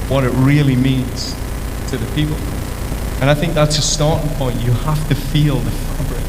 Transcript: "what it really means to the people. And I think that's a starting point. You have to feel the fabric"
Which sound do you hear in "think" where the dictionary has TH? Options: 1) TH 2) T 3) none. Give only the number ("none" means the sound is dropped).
1